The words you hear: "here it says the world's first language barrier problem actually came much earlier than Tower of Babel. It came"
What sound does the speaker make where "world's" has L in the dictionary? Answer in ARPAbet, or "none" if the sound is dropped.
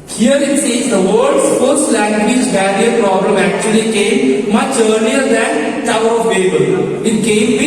none